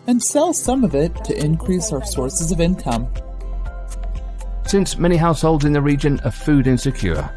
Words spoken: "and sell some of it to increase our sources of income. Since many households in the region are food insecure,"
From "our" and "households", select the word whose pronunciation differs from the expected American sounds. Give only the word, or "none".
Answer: none